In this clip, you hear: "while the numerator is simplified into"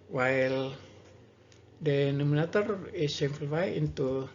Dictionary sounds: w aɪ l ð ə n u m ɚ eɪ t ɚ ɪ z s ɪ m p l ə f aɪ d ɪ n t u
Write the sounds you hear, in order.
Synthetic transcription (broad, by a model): w aɪ l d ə n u m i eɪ t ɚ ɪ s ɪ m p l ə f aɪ ɪ n t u